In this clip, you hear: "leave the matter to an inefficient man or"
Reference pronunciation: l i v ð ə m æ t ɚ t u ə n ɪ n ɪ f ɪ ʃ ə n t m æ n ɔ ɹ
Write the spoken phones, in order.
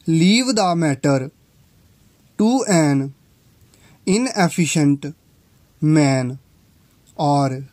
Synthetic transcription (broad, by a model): l i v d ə m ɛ t ɚ t u ə n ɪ n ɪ p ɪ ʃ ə n t m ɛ n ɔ ɹ